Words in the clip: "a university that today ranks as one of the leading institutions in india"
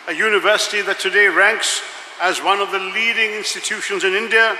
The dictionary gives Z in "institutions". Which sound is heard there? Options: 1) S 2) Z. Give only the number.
2